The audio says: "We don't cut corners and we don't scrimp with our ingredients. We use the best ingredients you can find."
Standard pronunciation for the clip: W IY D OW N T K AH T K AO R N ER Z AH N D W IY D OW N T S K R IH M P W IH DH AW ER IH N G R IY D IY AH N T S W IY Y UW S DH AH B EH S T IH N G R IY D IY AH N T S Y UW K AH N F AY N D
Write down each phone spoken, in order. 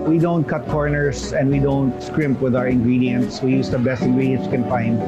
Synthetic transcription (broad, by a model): W IY D OW N T K AH T K AO R N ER S AH N D W IY D OW N T S K R IH M P W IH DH AW ER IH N G R IY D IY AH N T S W IY Y UW S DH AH B EH S T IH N G R IY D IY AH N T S K AH N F AY N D